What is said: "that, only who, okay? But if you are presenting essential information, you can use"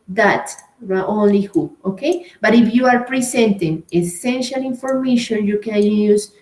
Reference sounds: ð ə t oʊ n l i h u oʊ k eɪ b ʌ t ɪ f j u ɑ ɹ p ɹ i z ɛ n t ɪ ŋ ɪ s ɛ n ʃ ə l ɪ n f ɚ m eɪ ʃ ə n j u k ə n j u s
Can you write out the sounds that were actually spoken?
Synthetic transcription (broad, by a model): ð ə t oʊ n l i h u oʊ k eɪ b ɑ t ɪ f j u ɑ ɹ p ɹ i s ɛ n t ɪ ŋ ɪ s ɛ n ʃ ə l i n f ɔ m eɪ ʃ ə n j u k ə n j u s